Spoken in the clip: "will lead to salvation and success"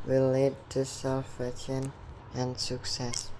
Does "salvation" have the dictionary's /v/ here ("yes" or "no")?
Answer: no